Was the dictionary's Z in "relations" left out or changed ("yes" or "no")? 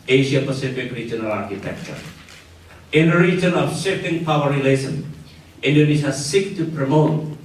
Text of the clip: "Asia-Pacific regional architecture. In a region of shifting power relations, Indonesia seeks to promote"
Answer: yes